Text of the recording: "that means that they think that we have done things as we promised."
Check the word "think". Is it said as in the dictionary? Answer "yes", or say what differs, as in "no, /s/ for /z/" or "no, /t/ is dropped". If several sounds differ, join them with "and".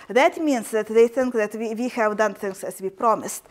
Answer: yes